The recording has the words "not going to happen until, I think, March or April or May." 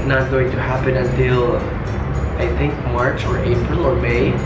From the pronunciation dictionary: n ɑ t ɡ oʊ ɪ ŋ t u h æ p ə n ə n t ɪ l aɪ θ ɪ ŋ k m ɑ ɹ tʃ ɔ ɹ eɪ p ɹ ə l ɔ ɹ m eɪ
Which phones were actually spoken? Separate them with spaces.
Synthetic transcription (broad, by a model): n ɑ t ɡ oʊ ɪ ŋ t u h æ p ə n ə n t ɪ l aɪ θ ɪ ŋ k m ɑ ɹ tʃ ɔ ɹ eɪ p ɹ ə l ɔ ɹ m eɪ